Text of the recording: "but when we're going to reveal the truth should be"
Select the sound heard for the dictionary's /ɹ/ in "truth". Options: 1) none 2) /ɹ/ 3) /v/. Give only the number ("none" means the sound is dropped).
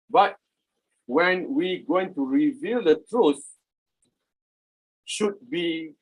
2